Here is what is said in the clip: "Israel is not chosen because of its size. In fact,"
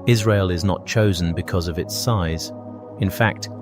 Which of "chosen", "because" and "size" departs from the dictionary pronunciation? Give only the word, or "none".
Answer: none